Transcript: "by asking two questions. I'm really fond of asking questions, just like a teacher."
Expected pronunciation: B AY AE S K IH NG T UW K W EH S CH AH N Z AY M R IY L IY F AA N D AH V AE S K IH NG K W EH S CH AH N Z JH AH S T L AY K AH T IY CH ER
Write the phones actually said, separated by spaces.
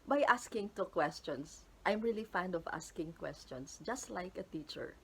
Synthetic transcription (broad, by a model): B AY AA S K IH NG T UW K W EH S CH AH N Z AY M R IY L IY F AA N D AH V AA S K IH NG K W EH S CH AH N S JH AH S T L AY K AH T IY CH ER